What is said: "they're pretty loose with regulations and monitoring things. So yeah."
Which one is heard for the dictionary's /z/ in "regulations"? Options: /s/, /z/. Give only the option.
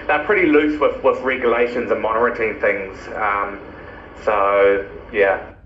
/z/